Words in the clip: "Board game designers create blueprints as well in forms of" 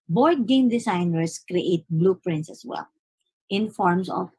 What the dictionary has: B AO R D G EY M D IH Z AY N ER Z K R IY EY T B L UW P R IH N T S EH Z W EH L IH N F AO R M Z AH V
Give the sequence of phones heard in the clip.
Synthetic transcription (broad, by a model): B AO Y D G EY M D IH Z AY N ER S K R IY EY T B L UW P R IH N T S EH S W EH L IH N F AO R M S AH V